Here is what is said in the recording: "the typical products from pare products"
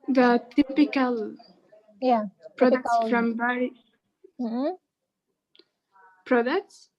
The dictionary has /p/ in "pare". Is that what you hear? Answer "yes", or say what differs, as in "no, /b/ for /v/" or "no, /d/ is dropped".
no, /b/ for /p/